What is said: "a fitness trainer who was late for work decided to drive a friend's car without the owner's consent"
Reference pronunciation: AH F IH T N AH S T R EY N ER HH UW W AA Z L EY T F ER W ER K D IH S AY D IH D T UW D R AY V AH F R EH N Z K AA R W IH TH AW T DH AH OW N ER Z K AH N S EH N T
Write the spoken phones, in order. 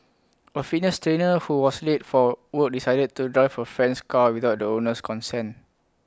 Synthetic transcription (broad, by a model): AH F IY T N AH S T R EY N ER HH UW W AA S L EY T F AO W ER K D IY S AY D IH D T UW D R AY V AH F R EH N S K AA W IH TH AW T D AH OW N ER S K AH N S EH N